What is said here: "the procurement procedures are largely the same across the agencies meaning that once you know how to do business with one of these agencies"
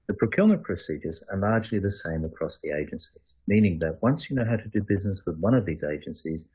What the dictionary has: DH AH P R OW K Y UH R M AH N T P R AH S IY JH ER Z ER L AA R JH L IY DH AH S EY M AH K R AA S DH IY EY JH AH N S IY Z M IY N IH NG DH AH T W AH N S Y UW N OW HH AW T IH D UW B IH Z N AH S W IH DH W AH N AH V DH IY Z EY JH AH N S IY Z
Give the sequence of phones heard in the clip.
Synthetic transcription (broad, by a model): DH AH P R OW K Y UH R M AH N P R AH S IY JH ER Z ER L AA R JH L IY DH AH S EY M AH K R AA S DH IY EY JH AH N S IY Z M IY N IH NG DH AH T W AH N S Y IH N OW HH AW T IH D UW B IH Z N AH S W IH DH W AH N AH V DH IY Z EY JH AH N S IY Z